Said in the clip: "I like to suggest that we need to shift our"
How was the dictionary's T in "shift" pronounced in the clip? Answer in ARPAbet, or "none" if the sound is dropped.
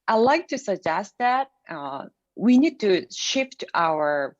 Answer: T